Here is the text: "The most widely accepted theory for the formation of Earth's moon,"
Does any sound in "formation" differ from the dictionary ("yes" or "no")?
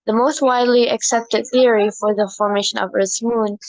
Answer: no